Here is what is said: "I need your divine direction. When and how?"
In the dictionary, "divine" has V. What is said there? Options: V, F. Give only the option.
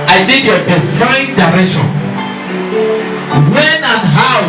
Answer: F